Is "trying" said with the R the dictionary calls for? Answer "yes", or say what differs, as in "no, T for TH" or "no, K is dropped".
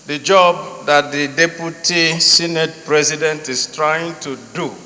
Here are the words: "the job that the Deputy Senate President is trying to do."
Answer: yes